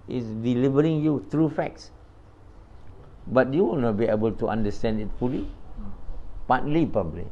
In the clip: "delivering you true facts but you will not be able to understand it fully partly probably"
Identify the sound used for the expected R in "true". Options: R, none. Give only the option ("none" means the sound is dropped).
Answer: R